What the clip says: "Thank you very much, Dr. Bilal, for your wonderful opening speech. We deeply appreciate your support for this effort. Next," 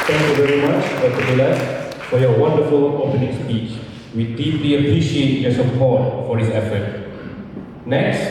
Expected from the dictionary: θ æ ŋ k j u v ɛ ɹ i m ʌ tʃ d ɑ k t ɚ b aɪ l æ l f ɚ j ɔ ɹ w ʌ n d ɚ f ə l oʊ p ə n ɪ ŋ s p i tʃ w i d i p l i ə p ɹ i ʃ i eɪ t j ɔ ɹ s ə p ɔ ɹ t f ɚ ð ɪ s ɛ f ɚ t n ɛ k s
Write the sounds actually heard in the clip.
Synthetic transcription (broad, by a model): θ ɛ ŋ k j u v ɛ ɹ i m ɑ tʃ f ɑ t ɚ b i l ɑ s f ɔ j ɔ w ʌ n d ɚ f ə l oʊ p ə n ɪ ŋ s p i tʃ w i d i p l i ə p ɹ i ʃ i eɪ t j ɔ s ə p ɔ t f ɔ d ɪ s ɛ f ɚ t n ɛ k s